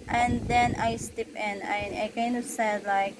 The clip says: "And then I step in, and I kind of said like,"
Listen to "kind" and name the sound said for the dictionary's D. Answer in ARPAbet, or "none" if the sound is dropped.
none